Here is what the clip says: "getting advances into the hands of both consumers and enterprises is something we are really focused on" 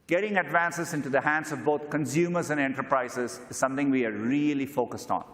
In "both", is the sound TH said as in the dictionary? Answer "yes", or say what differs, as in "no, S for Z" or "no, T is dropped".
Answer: no, T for TH